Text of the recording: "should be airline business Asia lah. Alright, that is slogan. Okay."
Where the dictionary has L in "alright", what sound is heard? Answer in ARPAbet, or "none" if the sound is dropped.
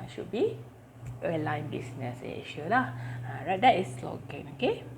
none